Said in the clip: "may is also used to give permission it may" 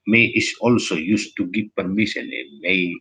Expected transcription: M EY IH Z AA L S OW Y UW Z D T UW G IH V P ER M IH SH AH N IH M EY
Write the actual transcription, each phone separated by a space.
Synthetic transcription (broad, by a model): M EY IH S AA L S OW Y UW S T UW G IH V P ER M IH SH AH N IH M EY